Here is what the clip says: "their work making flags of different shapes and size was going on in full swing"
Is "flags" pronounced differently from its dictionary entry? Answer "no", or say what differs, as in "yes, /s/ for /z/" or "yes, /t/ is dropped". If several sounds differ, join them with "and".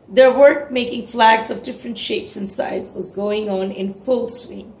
no